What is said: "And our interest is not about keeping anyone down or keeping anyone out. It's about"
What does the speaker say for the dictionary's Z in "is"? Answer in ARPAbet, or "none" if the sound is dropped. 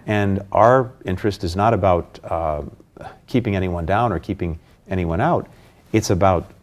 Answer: Z